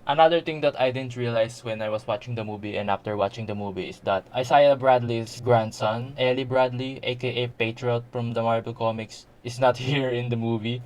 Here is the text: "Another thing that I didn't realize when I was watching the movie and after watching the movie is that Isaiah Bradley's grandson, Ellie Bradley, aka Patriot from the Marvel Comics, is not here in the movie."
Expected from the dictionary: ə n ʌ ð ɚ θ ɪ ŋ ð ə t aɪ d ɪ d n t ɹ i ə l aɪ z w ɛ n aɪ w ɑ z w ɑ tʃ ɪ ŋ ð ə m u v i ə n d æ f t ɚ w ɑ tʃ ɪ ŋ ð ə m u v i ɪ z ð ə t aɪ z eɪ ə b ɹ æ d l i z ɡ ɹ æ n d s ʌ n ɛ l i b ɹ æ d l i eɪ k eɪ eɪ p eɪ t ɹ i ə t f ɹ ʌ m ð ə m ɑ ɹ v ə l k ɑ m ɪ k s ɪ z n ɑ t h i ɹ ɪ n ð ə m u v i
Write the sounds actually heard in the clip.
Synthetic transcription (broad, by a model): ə n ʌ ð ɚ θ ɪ ŋ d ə t aɪ d ɪ d n t ɹ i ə l aɪ s w ɛ n aɪ w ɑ s w ɑ tʃ ɪ ŋ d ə m u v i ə n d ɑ f t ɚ w ɑ tʃ ɪ ŋ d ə m u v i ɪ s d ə t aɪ s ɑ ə b ɹ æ d l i s ɡ ɹ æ n d s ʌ n ɛ l i b ɹ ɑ d l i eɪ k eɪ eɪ p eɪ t ɹ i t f ɹ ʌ m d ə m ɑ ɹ b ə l k ɑ m ɪ k s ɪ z n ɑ t h i ɹ ɪ n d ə m u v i